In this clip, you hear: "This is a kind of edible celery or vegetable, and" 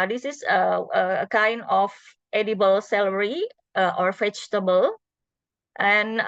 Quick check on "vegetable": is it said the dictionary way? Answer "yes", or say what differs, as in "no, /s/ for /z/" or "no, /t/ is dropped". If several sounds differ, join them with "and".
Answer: no, /f/ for /v/